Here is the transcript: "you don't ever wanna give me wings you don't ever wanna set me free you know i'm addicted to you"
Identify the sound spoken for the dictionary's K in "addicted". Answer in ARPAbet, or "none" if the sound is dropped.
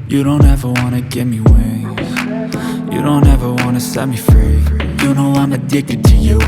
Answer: K